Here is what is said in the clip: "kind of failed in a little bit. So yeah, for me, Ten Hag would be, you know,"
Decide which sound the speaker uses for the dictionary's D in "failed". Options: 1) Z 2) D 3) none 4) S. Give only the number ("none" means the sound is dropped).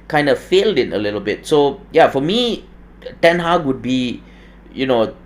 2